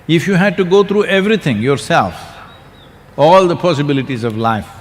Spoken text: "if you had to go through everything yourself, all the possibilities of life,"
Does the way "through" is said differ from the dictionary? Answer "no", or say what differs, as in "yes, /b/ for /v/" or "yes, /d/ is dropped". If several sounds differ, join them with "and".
yes, /t/ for /θ/